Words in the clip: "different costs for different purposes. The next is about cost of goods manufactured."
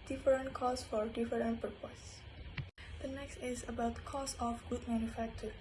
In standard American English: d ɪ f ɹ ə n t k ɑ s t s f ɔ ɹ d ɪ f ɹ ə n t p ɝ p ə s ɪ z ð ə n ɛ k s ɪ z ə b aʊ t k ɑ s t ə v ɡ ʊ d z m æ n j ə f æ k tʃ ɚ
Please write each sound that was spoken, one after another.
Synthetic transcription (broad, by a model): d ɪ f ɹ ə n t k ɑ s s f ɔ ɹ d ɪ f ɹ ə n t p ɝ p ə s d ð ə n ɛ k s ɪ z ə b aʊ t k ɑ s ə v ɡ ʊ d m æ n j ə f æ k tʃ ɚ